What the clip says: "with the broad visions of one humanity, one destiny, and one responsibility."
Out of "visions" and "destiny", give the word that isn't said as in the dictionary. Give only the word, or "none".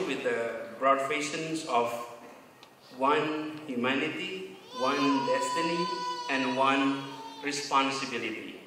visions